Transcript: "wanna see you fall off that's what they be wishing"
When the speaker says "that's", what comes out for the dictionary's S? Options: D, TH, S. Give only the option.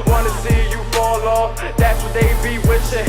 S